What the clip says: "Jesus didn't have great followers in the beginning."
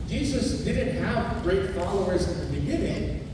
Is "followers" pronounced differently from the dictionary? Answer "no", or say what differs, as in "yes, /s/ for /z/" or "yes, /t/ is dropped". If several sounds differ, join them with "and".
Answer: no